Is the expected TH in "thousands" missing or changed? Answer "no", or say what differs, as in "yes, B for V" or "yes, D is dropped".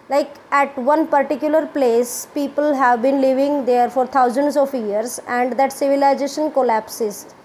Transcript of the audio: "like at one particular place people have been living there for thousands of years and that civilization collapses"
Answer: yes, T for TH